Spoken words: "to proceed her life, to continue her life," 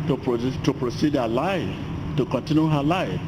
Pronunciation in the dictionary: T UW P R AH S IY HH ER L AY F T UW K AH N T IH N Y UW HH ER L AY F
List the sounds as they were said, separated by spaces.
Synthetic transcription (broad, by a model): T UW P R AH S IY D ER L AY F T UW K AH N T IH N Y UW HH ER L AY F